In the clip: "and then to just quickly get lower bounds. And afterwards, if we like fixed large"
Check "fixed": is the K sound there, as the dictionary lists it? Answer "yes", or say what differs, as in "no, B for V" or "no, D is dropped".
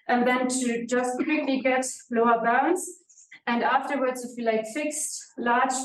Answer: yes